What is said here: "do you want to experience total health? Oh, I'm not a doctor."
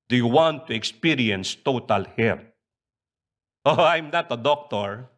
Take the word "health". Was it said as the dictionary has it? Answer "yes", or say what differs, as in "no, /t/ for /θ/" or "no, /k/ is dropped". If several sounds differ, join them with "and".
no, /t/ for /θ/